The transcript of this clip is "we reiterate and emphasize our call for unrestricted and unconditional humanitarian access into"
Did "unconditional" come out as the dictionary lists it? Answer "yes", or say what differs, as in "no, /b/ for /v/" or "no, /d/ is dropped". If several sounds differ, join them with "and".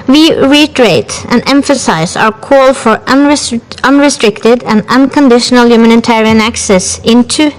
yes